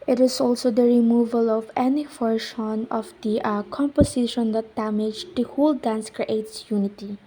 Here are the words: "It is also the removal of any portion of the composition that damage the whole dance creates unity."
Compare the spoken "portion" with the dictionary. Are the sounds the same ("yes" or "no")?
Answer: no